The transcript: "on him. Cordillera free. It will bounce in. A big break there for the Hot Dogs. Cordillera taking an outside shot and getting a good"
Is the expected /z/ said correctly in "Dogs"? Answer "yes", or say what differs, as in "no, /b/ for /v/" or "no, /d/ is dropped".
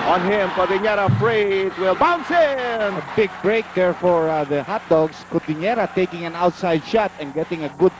no, /s/ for /z/